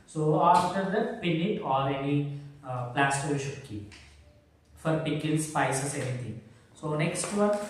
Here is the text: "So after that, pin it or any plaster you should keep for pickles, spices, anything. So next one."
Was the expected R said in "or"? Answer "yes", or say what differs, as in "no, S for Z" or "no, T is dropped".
no, L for R